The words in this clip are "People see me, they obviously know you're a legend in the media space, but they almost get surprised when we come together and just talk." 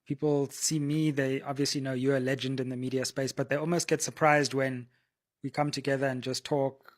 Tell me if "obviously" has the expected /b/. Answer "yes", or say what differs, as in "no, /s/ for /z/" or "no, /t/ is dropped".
yes